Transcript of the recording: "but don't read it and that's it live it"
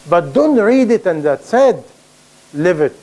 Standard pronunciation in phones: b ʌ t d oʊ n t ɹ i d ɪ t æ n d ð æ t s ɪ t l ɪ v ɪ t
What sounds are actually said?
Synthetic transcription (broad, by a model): b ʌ t d oʊ n t ɹ i d ɪ t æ n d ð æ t s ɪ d l ɪ v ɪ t